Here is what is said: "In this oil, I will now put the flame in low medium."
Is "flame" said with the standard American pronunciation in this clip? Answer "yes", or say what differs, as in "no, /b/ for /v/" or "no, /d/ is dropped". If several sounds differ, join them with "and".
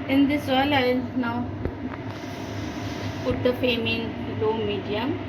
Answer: no, /l/ is dropped